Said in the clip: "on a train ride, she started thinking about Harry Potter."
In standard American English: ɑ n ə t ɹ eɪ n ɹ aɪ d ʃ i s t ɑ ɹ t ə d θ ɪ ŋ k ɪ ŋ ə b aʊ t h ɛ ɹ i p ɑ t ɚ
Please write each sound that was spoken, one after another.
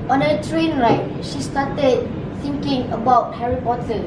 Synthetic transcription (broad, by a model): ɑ n ə t ɹ eɪ n ɹ aɪ ʃ i s t ɑ t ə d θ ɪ ŋ k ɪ ŋ ə b aʊ t h ɛ ɹ i p ɑ t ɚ